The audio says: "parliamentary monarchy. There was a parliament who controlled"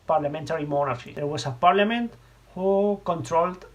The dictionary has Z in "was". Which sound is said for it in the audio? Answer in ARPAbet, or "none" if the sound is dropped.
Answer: S